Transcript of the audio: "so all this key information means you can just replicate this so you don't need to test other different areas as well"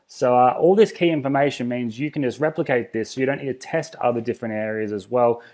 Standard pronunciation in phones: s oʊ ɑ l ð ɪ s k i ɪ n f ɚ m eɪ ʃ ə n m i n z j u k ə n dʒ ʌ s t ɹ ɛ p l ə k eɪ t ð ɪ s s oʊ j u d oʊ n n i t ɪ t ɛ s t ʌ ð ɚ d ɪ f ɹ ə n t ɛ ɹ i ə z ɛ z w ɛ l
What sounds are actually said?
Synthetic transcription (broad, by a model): s oʊ ɑ l ð ɪ s k i ɪ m f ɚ m eɪ ʃ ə n m i n z j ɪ k n dʒ ʌ s t ɹ ɛ p l ə k eɪ t ð ɪ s s oʊ j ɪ d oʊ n n i t ɪ t ɛ s t ʌ ð ɚ d ɪ f ɹ ə n t ɛ ɹ i ə z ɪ z w ɛ l